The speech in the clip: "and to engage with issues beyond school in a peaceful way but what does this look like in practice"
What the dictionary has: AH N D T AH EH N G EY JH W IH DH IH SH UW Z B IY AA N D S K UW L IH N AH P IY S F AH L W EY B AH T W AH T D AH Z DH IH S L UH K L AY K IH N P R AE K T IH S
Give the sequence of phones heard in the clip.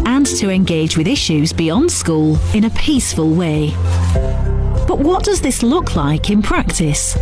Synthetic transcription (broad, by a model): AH N T AH EH N G EY JH W IH DH IH SH UW Z B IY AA N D S K UW L IH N AH P IY S F AH L W EY B AH T W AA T D AH Z DH IH S L UH K L AY K IH N P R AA K T IH S